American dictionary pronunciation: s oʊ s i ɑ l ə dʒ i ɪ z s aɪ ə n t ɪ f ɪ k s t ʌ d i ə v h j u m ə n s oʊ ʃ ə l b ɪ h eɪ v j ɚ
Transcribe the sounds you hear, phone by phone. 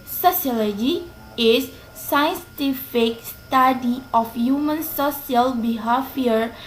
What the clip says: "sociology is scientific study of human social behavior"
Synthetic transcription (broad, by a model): s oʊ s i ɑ l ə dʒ i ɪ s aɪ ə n t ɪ f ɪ k s t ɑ d i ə f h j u m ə n s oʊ s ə l b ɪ h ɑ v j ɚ